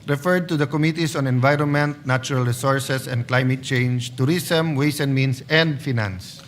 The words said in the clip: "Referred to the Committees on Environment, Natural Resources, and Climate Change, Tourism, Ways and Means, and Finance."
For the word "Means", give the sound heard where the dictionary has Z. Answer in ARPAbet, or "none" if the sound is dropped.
S